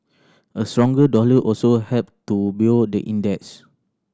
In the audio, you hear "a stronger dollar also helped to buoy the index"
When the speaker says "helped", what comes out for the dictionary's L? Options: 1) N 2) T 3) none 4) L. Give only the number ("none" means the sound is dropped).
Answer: 3